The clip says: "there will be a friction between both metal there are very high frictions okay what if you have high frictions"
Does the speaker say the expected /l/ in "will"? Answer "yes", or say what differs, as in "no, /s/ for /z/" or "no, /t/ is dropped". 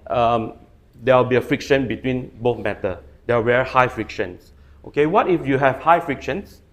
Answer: no, /w/ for /l/